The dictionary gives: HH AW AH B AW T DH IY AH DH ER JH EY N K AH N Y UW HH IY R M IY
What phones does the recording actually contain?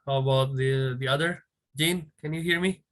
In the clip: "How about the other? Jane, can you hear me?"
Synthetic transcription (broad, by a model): HH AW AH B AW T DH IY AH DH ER JH EY N K AH N Y UW HH IY R M IY